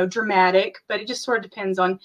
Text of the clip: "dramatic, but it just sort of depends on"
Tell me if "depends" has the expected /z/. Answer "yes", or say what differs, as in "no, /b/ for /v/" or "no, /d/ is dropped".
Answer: yes